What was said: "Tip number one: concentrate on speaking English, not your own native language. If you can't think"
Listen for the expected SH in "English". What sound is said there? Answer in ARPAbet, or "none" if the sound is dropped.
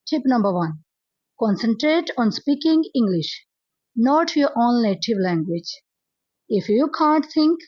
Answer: SH